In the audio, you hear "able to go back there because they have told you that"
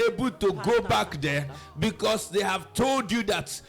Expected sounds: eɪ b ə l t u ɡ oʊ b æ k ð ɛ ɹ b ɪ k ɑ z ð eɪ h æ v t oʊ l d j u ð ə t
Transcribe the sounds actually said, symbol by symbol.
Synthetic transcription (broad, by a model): eɪ b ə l t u ɡ oʊ b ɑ k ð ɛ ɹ b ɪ k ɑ s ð eɪ h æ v t oʊ l d j u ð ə t